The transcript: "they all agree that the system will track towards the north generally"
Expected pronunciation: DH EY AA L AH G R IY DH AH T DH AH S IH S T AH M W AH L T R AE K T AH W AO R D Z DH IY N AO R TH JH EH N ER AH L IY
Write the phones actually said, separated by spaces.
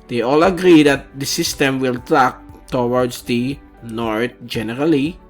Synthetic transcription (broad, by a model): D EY AA L AH G R IY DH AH T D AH S IH S T AH M W AH L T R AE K T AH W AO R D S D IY N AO R T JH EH N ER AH L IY